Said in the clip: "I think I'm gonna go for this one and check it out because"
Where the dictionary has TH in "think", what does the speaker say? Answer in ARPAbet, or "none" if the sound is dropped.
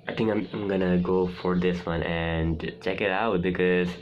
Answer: T